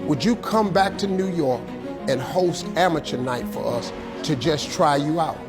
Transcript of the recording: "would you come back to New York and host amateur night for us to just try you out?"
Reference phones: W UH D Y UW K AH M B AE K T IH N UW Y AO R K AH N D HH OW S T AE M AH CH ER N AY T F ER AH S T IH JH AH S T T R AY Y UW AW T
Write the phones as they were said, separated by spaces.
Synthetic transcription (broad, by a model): W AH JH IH K AH M B AE K T IH N UW Y AO R K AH N HH OW S T AE M AH CH ER N AY T F ER AH S T IH JH AH S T T R AY Y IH AW T